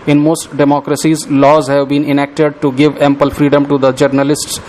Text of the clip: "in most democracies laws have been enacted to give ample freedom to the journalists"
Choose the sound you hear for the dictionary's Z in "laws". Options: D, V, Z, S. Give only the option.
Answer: Z